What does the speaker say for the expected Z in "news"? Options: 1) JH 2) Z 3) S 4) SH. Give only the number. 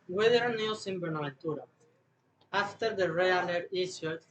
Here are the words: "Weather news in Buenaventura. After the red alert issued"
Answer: 3